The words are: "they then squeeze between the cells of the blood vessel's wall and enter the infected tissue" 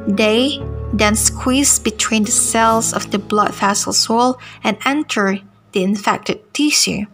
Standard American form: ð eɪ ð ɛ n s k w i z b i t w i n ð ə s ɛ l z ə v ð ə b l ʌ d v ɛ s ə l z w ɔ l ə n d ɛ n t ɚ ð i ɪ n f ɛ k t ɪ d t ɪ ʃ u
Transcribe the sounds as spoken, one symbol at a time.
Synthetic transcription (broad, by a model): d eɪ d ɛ n s k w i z b i t w i n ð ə s ɛ l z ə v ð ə b l ʌ d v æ s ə l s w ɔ l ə n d ɛ n t ɚ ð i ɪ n f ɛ k t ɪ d t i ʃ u